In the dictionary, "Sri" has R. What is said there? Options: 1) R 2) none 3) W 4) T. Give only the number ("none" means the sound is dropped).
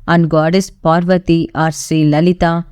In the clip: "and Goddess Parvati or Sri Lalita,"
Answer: 2